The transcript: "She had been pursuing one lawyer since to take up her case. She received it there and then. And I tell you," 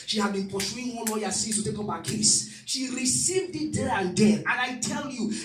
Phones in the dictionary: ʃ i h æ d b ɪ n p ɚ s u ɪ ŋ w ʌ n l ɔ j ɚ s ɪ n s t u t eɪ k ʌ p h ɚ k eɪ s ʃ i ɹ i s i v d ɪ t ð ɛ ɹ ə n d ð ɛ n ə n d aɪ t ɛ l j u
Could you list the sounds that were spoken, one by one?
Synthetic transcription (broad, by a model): ʃ i h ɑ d b ɪ n p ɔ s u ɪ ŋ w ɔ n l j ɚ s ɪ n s t u t eɪ k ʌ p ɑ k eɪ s ʃ i ɹ i s i v d ɪ t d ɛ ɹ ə n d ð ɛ ə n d aɪ t ɛ l j u